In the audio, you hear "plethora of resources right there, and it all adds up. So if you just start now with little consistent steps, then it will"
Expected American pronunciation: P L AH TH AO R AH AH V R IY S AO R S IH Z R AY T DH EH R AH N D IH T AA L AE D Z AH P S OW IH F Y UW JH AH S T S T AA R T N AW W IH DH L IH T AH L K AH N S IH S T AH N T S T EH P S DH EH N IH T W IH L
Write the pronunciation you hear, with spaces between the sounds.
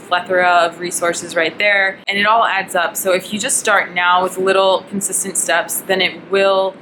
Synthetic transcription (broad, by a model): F L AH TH R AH AH V R IY S AO R S IH Z R AY T DH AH R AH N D IH T AA L AE D Z AH P S OW IH F Y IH JH AH S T S T AA R T N AW W IH DH L IH T L K N S IH S T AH N T S T EH P S DH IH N IH T W IH L